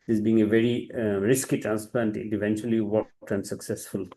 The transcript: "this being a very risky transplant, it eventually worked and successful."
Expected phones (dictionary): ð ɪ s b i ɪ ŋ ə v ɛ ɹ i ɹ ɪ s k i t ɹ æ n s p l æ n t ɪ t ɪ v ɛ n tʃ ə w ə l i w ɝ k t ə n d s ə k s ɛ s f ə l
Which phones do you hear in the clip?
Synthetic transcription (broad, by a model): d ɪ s b i ɪ ŋ ə v ɛ ɹ i ɹ ɪ s k i t ɹ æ n s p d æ n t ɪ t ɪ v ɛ n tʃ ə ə l i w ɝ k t ə n d s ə k s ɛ s f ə l